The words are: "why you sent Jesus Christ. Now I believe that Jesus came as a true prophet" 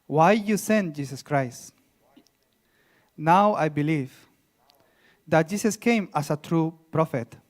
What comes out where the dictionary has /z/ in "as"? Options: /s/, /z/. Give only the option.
/s/